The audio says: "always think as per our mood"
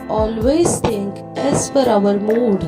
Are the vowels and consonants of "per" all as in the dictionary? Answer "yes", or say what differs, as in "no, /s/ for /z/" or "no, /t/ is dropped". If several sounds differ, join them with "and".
no, /f/ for /p/